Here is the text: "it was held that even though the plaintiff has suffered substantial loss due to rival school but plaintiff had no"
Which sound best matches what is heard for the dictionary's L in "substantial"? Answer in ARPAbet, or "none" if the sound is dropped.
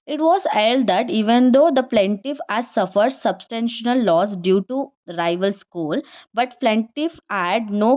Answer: N